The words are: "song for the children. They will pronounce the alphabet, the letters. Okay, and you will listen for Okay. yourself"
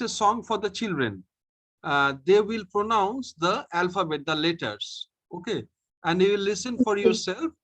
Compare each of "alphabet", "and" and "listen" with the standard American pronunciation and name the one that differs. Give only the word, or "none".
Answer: none